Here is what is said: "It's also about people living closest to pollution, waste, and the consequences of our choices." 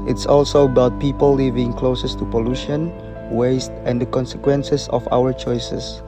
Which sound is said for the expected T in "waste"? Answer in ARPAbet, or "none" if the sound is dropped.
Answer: T